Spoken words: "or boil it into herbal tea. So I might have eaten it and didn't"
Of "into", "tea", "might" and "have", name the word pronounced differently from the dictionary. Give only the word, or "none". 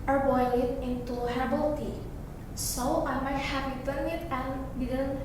have